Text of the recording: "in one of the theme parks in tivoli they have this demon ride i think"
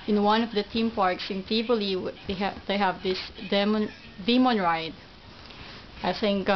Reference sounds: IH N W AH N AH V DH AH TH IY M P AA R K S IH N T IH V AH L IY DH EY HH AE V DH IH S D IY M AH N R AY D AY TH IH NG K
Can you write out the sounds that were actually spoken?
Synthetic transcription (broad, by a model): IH N W AH N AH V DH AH T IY M P AA R K S IH N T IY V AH L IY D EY HH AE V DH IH S D IY M AH N R AY D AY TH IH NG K